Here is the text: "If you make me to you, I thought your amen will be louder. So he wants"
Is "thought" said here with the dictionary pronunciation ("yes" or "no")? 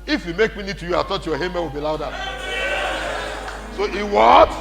no